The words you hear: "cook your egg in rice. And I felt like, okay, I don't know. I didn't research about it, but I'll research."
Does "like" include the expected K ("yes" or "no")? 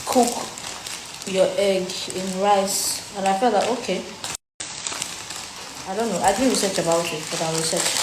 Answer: no